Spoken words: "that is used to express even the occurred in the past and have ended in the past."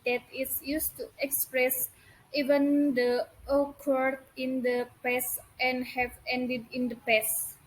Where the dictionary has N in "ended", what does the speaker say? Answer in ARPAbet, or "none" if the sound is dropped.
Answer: N